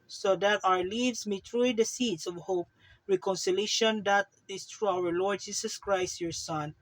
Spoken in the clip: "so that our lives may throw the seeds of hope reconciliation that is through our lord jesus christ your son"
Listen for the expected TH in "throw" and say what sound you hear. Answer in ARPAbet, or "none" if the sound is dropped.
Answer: T